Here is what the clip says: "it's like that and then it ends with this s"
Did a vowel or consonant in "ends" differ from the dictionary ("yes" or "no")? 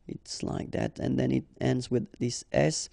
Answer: no